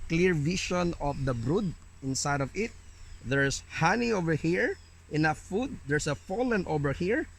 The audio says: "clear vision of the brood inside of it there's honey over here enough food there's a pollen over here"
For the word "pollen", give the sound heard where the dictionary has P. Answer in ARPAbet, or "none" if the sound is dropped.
F